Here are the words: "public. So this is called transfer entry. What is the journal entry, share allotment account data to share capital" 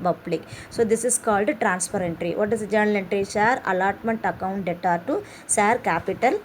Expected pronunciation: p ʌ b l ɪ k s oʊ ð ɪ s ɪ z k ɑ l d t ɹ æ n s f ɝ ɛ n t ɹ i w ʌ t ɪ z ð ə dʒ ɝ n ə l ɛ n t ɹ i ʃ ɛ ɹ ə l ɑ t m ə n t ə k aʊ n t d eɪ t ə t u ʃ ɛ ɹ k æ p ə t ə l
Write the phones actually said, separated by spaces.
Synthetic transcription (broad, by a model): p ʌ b l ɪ k s oʊ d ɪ s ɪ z k ɑ l d t ɹ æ n s p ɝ ɛ n t ɹ i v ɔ t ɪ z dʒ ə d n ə l ɛ n t ɹ i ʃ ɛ ɹ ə l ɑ t m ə n t ə k aʊ n t d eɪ t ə t u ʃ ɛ ɹ k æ p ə t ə l